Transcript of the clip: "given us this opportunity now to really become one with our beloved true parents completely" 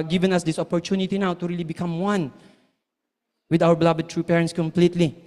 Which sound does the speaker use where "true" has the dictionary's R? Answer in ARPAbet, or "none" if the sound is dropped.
R